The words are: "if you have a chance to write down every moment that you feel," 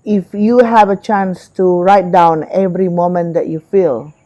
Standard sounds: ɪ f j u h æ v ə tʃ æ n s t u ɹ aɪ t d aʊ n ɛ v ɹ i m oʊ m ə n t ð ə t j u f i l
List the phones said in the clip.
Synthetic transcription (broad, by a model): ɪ f j u h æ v ə tʃ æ n s t u ɹ aɪ t d aʊ n ɛ v ɹ i m oʊ m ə n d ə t j u f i l